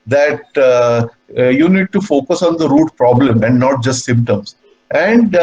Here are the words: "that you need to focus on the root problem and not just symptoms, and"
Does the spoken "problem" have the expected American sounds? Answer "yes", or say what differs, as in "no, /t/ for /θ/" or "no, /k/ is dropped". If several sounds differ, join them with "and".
yes